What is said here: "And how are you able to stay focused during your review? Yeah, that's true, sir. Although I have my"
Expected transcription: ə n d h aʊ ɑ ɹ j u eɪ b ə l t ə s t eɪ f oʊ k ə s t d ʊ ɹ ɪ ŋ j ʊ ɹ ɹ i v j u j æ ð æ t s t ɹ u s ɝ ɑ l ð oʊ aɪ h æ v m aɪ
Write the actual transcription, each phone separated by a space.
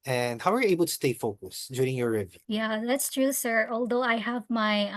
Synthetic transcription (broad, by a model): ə n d h aʊ ɑ ɹ j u eɪ b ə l t ə s t eɪ f oʊ k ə s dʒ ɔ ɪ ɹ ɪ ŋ j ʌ ɹ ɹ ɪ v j j æ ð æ t s t ɹ u s ɝ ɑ l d oʊ aɪ h æ v m aɪ